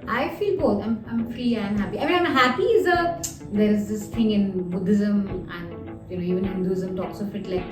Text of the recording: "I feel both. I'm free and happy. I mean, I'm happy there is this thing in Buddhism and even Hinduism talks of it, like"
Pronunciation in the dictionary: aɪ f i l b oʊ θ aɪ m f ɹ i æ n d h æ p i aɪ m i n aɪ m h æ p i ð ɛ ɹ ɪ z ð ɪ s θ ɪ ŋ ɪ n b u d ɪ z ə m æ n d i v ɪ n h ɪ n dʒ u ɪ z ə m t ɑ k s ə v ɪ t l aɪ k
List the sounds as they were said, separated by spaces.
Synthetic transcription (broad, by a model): aɪ f i l b oʊ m aɪ m f ɹ i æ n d h æ p i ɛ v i aɪ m h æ p i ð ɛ ɹ ɪ z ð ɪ s t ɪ ŋ ɪ n b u d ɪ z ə m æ n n i v ɪ n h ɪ n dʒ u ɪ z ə m t ɑ k s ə f ɪ t l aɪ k